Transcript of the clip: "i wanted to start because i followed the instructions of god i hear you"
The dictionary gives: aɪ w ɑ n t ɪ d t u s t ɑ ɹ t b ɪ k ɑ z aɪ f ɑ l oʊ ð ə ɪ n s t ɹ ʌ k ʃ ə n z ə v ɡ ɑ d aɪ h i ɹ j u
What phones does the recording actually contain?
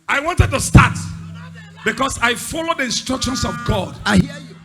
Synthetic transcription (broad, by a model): aɪ w ɑ n t ɪ d t u s t ɑ t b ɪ k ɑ s aɪ f ɑ l oʊ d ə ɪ n s t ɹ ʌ k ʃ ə n s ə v ɡ ɑ d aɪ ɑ